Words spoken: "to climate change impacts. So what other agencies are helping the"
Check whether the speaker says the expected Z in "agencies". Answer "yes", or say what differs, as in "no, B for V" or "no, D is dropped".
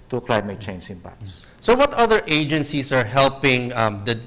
no, S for Z